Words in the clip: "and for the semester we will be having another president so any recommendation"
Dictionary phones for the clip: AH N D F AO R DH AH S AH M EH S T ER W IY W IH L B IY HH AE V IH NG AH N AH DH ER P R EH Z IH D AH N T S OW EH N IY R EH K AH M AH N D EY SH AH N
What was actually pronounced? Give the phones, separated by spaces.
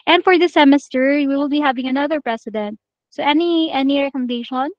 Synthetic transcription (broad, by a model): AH N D F AO R DH AH S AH M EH S T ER W IY W IH L B IY HH AE V IH NG AH N AH DH ER P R EH S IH D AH N T S OW EH N IY R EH K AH M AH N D EY SH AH N